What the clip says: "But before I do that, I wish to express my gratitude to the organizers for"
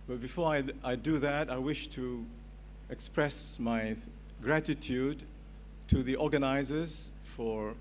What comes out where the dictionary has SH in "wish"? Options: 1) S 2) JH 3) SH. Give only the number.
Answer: 3